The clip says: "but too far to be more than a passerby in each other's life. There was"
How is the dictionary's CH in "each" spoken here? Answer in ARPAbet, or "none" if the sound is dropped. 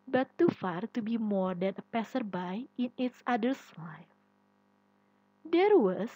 S